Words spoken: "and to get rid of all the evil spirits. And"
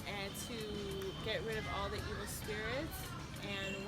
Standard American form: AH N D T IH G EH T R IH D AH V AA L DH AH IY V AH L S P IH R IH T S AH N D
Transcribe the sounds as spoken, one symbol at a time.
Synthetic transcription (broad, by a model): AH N T IH G EH T R IH D AH V AA L DH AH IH W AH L S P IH R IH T AH N